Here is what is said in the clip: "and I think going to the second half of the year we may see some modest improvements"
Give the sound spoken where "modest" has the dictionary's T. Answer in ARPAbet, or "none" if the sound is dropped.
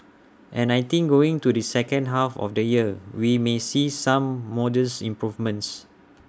none